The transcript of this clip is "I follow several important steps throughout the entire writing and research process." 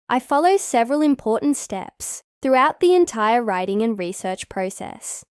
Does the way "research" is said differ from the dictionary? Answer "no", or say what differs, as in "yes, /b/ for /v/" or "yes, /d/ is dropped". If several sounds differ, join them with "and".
no